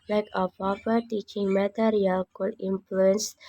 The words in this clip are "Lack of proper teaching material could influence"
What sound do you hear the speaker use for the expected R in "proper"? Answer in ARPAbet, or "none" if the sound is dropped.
none